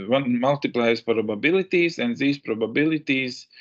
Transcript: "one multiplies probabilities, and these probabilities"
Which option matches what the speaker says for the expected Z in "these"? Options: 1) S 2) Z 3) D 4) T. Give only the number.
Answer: 1